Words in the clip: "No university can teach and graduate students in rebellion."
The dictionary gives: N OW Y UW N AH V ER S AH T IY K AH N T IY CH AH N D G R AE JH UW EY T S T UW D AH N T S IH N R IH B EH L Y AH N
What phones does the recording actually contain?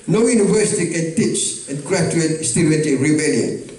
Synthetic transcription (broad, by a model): N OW Y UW N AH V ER S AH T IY K AH N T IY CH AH N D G R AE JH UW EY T S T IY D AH T IH R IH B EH L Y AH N